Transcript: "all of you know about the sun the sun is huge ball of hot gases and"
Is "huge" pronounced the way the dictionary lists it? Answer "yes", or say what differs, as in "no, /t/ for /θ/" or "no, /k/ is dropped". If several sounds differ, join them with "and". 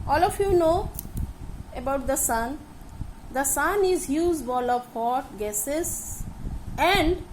no, /z/ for /dʒ/